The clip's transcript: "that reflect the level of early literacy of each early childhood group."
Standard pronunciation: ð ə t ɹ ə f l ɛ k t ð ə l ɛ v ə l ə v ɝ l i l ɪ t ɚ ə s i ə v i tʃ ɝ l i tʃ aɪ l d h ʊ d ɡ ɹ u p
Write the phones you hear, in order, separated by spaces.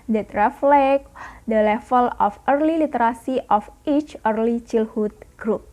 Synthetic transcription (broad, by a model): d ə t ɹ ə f l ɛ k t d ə l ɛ f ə l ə f ɝ l i l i t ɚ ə s i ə f i tʃ ɝ l i tʃ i l h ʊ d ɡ ɹ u p